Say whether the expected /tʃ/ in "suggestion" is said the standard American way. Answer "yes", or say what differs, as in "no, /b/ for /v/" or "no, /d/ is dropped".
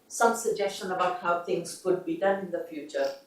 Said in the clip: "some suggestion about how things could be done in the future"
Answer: yes